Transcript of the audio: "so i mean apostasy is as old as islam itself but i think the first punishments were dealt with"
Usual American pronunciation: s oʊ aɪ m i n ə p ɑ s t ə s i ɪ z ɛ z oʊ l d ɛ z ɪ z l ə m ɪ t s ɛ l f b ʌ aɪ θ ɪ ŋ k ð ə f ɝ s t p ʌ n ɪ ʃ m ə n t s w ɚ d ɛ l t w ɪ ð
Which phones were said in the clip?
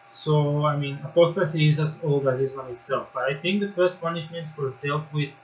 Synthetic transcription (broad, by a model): s oʊ aɪ m i n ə p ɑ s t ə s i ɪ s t oʊ l d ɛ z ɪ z ə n ɪ t s ɛ l f b ʌ aɪ θ ɪ ŋ k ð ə f ɝ s t p ʌ n ɪ ʃ m ə n t s w ɚ d ɛ l t w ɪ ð